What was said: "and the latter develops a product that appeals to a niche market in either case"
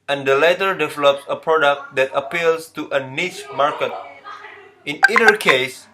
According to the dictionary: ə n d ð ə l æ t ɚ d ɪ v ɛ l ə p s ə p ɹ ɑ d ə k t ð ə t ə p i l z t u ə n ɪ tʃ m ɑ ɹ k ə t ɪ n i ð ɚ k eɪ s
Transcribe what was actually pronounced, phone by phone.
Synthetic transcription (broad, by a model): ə n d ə l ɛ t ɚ d ɪ v ɛ l ə p s ə p ɹ ɑ d ə k t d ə t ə p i l s t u ə n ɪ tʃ m ɑ ɹ k ə t ɪ n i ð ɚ k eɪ s